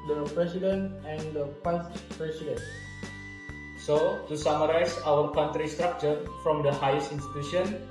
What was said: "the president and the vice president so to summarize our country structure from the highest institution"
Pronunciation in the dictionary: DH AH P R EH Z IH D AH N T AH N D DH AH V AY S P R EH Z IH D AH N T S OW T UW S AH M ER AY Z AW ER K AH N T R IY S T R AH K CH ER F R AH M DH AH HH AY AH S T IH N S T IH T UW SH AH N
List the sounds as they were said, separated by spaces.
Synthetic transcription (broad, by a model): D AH P R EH S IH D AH N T AH N D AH P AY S P R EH S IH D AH N S OW T UW S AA M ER AY S AW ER K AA N T R IY S T R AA K CH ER F R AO M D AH HH AY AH S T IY N S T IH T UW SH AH N